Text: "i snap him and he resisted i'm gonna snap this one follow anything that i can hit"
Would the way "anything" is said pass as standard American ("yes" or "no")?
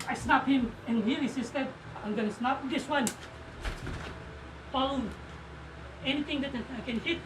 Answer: no